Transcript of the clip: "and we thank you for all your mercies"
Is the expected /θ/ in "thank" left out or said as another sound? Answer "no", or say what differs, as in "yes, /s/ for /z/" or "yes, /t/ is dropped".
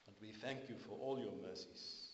no